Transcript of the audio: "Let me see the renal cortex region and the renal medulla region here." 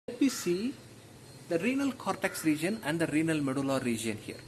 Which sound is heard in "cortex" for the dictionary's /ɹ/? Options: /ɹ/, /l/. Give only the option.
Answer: /ɹ/